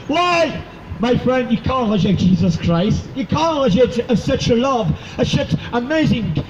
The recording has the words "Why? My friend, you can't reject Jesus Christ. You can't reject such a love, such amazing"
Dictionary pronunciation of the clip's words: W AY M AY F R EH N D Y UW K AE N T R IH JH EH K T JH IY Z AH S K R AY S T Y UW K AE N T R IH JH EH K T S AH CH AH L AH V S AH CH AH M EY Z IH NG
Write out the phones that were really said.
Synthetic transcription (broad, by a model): W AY M AY F R EH N D Y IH K AE N T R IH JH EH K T JH IY Z AH S K R AY S T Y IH K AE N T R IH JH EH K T S AH CH AH L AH V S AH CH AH M EY Z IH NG